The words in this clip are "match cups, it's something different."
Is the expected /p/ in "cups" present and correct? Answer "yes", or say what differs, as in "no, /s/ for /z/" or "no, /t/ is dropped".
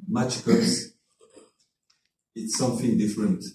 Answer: no, /p/ is dropped